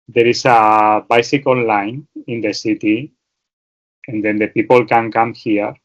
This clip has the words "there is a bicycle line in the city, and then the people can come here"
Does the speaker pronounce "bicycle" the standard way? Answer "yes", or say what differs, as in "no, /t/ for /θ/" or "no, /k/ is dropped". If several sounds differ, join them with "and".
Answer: no, /n/ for /l/